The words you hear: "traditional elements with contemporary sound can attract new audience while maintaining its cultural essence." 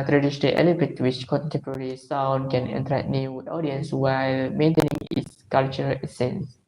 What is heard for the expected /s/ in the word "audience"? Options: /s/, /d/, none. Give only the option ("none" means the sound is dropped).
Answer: /s/